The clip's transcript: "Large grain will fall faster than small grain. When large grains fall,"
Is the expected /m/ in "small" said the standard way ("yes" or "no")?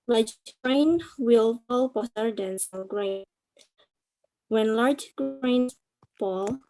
no